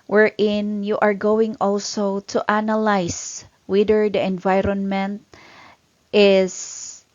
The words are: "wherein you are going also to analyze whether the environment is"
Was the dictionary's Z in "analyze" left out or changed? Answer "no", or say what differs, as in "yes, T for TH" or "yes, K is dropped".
yes, S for Z